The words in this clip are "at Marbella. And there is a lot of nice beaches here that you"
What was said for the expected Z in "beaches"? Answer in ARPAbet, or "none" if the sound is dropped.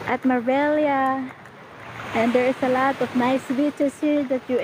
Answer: S